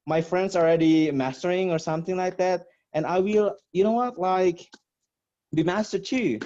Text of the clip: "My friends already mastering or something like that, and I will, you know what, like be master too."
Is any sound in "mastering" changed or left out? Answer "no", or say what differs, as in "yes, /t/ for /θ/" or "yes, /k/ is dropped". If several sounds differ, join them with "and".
no